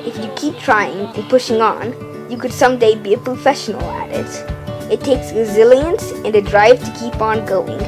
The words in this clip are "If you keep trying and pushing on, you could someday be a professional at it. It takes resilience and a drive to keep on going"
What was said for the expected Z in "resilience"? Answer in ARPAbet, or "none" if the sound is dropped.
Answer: Z